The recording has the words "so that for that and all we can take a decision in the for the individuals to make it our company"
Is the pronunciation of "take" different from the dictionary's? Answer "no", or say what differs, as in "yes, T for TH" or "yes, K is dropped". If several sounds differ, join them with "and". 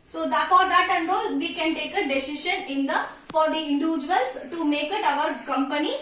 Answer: no